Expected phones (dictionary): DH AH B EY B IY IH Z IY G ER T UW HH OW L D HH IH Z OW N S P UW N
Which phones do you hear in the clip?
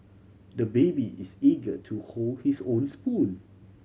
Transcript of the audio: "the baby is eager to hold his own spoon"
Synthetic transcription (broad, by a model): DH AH B EY B IY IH S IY G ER T UW HH OW L D HH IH S OW N S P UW L